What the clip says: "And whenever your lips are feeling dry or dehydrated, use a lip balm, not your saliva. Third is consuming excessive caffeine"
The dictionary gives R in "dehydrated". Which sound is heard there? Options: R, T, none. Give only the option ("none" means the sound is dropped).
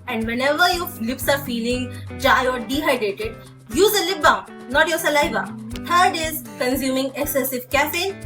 none